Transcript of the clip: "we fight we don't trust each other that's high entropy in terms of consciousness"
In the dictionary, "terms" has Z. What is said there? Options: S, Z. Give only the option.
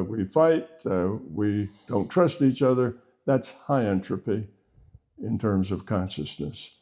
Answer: Z